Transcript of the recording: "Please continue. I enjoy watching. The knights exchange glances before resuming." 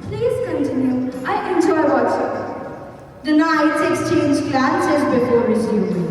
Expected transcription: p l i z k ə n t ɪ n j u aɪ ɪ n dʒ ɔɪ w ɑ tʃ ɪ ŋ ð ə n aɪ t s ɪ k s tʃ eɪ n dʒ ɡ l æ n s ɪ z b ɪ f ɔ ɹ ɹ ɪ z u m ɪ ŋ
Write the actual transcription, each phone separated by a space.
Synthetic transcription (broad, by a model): p l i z k ə n t ɪ n j u aɪ ɪ n dʒ ɔɪ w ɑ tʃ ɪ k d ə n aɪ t ɪ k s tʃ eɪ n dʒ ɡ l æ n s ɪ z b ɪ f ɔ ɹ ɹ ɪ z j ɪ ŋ